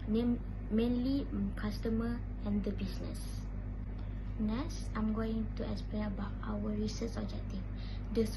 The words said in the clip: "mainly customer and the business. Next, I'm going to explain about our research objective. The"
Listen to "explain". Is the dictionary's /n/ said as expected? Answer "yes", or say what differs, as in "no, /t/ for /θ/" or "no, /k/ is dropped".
no, /n/ is dropped